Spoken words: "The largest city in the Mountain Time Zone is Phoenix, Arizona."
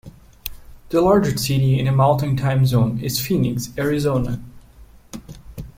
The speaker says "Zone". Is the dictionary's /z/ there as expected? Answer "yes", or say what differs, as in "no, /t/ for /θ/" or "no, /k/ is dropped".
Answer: yes